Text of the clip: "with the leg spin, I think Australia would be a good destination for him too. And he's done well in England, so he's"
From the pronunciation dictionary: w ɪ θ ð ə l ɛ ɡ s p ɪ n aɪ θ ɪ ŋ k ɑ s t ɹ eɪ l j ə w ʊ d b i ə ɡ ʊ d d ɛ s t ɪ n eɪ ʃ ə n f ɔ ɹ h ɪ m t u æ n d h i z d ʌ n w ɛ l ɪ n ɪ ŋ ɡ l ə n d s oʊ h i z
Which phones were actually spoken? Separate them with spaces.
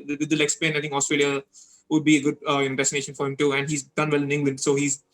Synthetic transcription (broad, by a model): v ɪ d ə l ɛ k s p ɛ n aɪ t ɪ ŋ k ɑ s t ɹ eɪ l j ə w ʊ d b i ə ɡ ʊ d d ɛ s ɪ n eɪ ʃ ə n f ɔ ɹ h ɪ m t u æ n d h i z d ʌ n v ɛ l ɪ n ɪ ŋ ɡ l ə n d s oʊ h i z